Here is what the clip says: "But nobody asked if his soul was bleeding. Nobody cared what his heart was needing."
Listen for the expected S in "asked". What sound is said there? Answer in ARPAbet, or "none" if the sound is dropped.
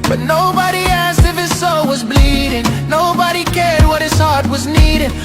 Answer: S